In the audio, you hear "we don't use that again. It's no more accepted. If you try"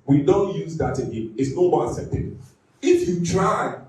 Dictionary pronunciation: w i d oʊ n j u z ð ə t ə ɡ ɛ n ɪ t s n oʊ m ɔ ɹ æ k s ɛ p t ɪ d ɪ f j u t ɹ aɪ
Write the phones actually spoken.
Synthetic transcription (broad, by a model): w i d oʊ n j u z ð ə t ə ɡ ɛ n ɪ t s n oʊ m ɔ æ s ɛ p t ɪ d ɪ f j u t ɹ aɪ